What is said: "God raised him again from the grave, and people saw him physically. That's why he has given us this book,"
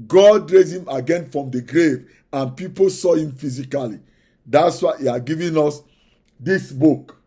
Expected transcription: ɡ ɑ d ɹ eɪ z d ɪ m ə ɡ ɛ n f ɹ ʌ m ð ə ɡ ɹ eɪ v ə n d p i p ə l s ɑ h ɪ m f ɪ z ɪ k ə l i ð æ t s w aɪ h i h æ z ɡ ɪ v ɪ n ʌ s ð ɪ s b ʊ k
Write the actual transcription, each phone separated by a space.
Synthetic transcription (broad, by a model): ɡ ɑ d ɹ eɪ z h ɪ m ə ɡ ɛ n f ɹ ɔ m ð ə ɡ ɹ eɪ v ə n p i p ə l s ɑ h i m f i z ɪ k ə l i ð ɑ t s w aɪ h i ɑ ɡ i v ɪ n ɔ s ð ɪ s b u k